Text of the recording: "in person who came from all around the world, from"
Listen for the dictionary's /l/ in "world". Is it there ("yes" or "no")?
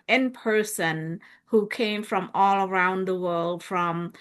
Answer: yes